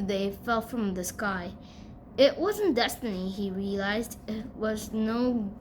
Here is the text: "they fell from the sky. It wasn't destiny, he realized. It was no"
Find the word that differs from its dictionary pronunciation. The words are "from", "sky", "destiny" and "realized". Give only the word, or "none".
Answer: none